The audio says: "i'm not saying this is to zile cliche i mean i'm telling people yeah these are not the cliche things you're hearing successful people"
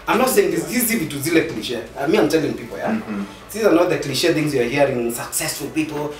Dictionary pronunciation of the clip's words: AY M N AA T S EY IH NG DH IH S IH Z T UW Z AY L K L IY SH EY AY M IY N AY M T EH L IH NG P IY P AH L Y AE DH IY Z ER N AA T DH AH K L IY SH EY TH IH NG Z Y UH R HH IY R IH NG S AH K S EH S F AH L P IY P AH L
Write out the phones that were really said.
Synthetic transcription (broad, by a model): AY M N AA T S EY IH NG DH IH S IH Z T UW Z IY L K L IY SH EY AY M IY AY M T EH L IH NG P IY P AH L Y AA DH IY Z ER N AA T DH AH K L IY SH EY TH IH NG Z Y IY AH HH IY R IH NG S AH K S EH S F AH L P IY P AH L